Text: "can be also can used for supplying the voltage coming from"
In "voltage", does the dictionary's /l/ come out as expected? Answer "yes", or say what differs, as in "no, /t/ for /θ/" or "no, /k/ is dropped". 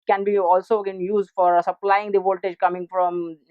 yes